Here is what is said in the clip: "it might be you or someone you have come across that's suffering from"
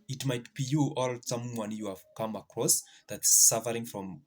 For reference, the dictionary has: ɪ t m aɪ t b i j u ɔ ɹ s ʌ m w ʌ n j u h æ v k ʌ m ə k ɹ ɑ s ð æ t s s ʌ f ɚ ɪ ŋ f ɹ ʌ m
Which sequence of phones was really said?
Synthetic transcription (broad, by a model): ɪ t m aɪ t b i j u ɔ l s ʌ m w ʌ n j u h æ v k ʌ m ə k ɹ ɑ s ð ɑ t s s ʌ f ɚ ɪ ŋ f ɹ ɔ m